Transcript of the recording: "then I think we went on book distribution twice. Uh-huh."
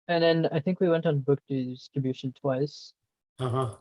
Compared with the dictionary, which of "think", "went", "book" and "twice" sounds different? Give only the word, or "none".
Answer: none